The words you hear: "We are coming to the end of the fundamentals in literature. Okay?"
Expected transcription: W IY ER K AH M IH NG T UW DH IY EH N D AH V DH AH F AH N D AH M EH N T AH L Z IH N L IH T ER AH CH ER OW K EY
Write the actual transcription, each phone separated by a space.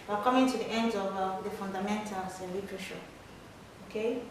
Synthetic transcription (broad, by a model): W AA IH K AH M IH NG T UW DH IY EH N D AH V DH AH F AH N D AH M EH N T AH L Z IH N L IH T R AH SH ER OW K EY